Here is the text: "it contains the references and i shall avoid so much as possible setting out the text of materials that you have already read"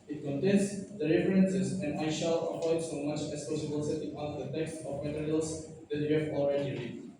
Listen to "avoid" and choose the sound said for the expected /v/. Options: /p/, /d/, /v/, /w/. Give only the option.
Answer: /p/